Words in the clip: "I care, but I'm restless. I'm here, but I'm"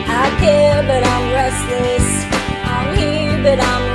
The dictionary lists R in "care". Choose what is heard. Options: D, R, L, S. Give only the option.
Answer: L